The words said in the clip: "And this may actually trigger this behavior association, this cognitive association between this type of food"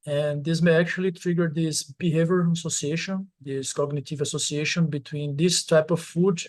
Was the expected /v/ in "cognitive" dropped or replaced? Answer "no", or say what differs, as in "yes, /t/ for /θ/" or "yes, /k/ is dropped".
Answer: no